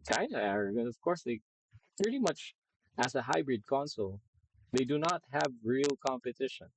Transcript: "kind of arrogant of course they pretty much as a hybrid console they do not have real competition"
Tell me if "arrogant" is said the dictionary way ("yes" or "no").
no